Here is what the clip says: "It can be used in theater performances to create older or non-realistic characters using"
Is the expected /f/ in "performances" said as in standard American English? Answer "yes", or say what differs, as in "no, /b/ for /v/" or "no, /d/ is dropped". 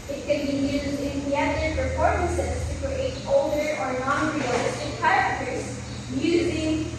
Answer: no, /p/ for /f/